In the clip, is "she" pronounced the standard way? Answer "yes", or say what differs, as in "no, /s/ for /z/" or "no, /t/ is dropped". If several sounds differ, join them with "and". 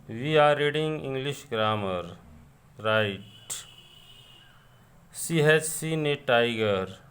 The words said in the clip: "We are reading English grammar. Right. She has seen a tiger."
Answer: no, /s/ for /ʃ/